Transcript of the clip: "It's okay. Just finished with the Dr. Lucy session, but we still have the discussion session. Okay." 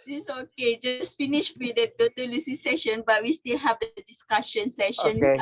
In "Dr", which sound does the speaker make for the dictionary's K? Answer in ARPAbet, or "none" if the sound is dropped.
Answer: none